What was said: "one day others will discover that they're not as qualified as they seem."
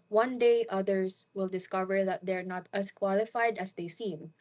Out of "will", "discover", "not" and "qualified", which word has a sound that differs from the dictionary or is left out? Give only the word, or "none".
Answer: none